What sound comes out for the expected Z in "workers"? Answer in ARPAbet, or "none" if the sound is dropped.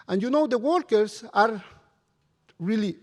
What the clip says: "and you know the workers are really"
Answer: S